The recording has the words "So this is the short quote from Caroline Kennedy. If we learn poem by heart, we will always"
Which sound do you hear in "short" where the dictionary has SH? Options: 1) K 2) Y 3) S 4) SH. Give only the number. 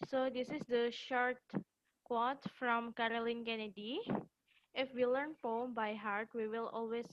4